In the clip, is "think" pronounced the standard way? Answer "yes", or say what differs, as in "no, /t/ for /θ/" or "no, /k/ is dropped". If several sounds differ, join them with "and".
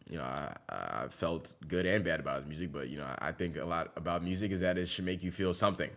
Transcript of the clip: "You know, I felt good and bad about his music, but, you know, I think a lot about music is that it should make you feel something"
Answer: yes